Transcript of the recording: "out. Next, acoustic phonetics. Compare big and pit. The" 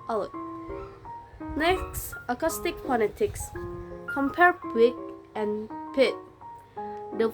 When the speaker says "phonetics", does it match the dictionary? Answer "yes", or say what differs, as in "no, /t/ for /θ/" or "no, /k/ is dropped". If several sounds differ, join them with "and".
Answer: no, /p/ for /f/ and /l/ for /n/